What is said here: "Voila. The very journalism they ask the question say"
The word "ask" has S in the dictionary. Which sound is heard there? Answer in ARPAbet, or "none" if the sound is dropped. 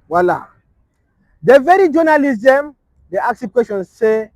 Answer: none